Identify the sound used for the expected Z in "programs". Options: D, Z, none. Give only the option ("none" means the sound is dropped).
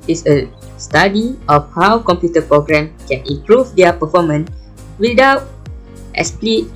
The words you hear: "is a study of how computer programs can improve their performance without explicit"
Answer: none